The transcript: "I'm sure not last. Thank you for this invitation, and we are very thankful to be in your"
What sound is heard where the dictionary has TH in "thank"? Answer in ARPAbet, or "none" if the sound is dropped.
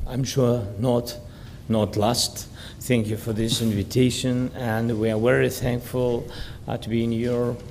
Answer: TH